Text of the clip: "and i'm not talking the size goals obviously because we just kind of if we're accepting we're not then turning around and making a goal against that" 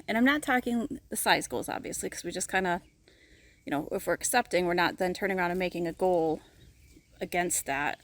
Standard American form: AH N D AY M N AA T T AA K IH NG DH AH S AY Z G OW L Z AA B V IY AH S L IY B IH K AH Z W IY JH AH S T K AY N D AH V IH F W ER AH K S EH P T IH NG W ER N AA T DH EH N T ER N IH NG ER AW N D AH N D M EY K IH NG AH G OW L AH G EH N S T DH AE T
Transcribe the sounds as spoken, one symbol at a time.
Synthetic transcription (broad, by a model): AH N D AY M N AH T T AA K IH NG DH AH S AY Z G OW L Z AA B V IY AH S L IY K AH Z W IY JH AH S K AY N D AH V IH F W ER AH K S EH P T IH NG W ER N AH T DH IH N T ER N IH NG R AW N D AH M EY K IH NG AH G OW L AH G EH N S T DH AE T